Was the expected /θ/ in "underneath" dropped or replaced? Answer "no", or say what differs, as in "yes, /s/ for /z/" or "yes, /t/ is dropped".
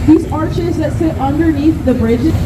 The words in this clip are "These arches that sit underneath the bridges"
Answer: no